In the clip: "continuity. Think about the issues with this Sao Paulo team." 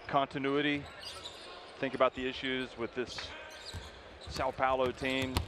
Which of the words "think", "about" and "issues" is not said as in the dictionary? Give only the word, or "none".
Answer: none